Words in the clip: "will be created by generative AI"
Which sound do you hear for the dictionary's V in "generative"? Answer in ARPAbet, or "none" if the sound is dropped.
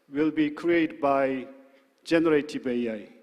B